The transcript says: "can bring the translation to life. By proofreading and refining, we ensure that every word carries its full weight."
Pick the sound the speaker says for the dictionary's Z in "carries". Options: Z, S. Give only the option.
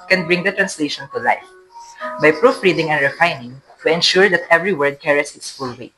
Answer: S